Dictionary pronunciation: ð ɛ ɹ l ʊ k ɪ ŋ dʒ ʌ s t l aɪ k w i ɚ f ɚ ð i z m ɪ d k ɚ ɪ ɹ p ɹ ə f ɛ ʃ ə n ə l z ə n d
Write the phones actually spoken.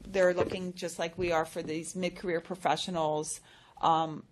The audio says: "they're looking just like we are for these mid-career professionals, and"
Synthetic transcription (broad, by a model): ð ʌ ɹ l ʊ k ɪ ŋ dʒ ʌ s t l aɪ k w i ɚ f ɚ ð i z m ɪ d k ɚ ɪ ɹ p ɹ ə f ɛ ʃ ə n l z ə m